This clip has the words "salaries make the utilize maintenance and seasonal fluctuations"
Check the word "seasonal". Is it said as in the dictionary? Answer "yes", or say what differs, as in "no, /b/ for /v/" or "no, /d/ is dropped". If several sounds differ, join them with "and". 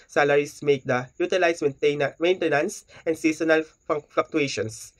no, /s/ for /z/